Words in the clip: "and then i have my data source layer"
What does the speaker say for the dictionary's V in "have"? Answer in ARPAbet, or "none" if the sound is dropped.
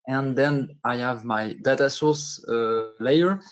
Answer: V